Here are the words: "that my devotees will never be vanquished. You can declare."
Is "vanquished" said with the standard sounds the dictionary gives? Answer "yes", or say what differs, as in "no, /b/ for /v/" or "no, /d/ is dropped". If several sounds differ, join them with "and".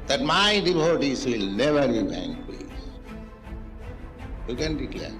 no, /b/ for /v/